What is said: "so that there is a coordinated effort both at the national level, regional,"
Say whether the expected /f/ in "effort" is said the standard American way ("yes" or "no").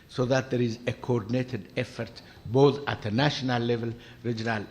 yes